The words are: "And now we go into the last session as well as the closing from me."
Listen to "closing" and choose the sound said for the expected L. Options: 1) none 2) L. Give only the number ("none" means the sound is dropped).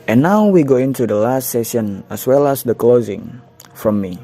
2